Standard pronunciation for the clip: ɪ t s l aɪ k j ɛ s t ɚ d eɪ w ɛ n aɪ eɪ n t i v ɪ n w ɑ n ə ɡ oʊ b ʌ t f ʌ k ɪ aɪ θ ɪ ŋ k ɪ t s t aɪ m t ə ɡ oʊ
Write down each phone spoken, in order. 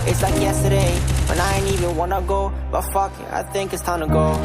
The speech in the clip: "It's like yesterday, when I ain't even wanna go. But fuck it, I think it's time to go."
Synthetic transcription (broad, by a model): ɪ t s l aɪ k j ɛ s t ɚ d eɪ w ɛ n aɪ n i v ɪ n w ɑ n ə ɡ oʊ b ʌ t f ʌ k ɪ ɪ θ ɪ ŋ k ɪ t s t aɪ m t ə ɡ oʊ